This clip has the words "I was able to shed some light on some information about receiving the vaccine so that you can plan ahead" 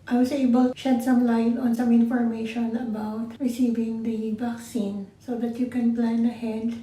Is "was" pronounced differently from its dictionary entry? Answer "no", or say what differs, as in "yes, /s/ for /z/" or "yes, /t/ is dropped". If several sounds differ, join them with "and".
yes, /s/ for /z/